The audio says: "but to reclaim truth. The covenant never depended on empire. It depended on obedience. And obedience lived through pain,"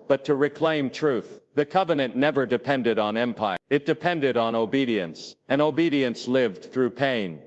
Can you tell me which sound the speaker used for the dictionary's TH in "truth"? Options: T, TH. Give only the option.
TH